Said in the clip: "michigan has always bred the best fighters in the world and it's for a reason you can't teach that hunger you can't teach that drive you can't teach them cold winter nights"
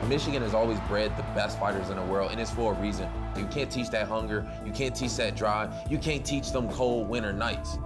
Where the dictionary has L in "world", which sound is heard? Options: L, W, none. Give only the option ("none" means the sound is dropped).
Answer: L